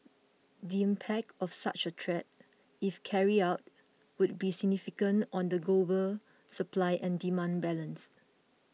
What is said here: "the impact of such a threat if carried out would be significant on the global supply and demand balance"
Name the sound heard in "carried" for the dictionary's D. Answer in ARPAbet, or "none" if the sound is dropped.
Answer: none